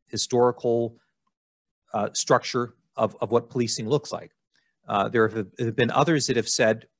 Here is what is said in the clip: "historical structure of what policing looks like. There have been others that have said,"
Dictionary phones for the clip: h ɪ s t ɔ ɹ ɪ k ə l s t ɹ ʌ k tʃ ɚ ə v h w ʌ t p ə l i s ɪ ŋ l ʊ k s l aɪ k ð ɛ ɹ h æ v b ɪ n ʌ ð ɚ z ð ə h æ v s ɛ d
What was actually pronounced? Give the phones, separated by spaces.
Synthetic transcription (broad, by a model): h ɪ s t ɔ ɹ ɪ k l s t ɹ ʌ k tʃ ɚ ə v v w ʌ t p ə l i s ɪ ŋ l ʊ k s l aɪ k ð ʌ ɹ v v b ɪ n ʌ ð ɚ z ð ə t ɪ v s ɛ d